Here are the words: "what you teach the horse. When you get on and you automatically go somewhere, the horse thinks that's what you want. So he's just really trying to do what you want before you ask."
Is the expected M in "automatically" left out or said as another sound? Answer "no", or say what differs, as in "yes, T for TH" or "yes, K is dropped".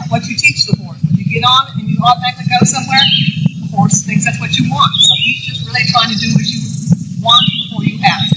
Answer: yes, M is dropped